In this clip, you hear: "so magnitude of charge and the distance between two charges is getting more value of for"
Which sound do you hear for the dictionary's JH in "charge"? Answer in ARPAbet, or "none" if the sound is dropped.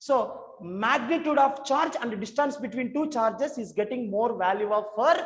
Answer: JH